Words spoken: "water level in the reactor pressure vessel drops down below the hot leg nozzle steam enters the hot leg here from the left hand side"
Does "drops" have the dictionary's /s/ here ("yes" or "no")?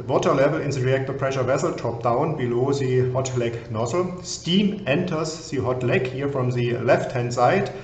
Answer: no